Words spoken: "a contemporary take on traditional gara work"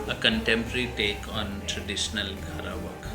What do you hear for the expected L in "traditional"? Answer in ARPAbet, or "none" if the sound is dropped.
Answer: L